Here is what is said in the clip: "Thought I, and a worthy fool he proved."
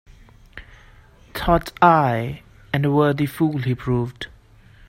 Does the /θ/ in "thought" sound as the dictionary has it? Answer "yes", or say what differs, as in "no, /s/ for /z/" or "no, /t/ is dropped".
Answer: no, /t/ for /θ/